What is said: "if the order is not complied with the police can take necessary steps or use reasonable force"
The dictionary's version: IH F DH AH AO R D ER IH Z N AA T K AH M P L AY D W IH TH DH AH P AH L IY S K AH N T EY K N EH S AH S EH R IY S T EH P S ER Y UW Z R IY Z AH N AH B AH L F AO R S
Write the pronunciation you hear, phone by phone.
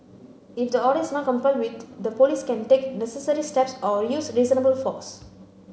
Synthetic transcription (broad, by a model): IH F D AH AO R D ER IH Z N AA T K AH M P AY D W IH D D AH P AH L IY S K AH N T EY K N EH S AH S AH R IY S T EH P S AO Y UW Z R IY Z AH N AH B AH L F AO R S